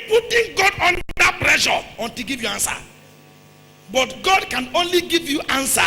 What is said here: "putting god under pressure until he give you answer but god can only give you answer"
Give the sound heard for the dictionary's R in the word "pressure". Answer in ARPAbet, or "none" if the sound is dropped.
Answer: L